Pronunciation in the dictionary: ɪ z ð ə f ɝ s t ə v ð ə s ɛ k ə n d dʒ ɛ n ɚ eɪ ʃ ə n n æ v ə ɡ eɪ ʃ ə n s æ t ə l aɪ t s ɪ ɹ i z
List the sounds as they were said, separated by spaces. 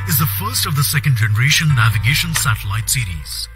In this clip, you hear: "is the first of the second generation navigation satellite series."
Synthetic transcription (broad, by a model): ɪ z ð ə f ɝ s t ə v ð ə s ɛ k ə n d dʒ ɛ n ɚ eɪ ʃ ə n n æ v ə ɡ eɪ ʃ ə n s æ t ə l aɪ t s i ɹ i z